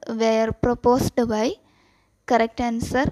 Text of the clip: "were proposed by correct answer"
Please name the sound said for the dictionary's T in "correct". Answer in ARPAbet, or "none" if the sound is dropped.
T